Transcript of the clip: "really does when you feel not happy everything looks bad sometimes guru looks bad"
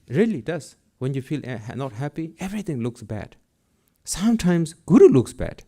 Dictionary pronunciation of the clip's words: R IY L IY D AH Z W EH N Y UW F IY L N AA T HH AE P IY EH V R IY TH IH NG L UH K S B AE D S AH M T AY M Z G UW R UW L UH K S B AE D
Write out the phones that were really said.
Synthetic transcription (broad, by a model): R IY L IY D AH S W EH N Y UW F IY L N AA T HH AE P IY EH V R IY T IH NG L UH K S B AE D S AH M T AY M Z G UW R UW L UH K S B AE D